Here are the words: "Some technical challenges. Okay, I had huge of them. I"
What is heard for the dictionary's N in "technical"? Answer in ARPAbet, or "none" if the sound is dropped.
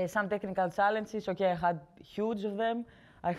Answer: N